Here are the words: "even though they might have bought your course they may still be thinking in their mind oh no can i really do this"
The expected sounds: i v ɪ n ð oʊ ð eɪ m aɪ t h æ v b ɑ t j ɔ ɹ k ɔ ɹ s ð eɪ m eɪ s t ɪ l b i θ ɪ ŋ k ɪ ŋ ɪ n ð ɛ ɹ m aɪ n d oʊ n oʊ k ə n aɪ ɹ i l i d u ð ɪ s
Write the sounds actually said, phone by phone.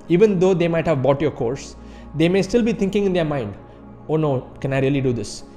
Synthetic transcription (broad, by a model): i v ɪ n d oʊ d eɪ m aɪ t h æ v b ɑ t j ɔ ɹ k ɔ ɹ s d eɪ m eɪ s t ɪ l b i t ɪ ŋ k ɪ ŋ ɪ n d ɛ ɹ m aɪ n d oʊ n oʊ k ə n aɪ ɹ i l i d u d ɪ s